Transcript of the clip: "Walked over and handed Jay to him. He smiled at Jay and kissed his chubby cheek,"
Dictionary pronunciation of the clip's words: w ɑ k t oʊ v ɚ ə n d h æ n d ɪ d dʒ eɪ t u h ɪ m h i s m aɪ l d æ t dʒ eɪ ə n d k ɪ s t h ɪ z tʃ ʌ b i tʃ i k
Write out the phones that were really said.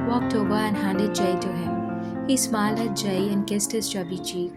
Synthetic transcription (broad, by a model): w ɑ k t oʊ b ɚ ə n h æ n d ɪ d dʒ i t u h ɪ m h i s m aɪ l ʌ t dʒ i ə n k ɪ s t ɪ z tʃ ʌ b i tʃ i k